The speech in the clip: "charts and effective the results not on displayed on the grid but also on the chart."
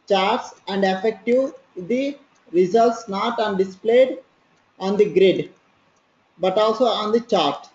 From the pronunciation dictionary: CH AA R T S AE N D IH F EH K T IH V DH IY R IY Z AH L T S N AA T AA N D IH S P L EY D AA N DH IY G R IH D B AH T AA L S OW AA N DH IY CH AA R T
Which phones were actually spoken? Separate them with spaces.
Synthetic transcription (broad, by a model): CH AA R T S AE N D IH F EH K T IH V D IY R IY Z AH L T S N AA T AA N D IH S P L EY D AA N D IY G R IH D B AH T AA L S OW AA N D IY CH AA R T